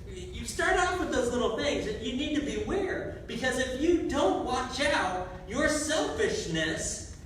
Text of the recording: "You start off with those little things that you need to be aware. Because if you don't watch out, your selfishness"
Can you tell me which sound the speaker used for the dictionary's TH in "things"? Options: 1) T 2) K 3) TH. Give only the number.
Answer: 3